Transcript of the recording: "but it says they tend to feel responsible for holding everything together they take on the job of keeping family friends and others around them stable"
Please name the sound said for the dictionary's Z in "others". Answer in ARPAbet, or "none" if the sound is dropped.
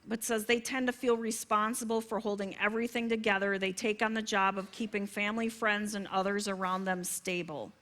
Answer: Z